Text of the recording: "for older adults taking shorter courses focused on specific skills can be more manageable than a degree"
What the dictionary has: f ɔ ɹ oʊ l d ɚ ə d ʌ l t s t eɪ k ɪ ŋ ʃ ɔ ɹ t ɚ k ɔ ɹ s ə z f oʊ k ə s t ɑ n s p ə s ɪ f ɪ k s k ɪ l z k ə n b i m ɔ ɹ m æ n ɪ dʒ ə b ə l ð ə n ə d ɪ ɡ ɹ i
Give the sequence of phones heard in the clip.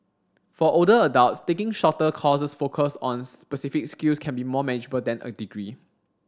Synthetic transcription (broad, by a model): f ɔ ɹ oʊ d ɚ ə d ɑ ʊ t s t eɪ k ɪ ŋ ʃ ɔ t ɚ k ɔ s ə s f oʊ k ə s ɑ n s p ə s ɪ f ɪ k s k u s k ə n b i m ɔ m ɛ n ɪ dʒ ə b ə l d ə n ə d ɪ ɡ ɹ i